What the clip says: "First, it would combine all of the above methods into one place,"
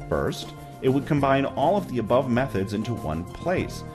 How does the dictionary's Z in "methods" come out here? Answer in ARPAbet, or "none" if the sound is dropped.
Z